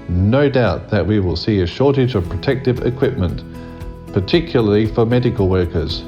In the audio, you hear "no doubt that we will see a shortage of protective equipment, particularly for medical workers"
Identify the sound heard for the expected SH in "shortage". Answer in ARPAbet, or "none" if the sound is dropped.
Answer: SH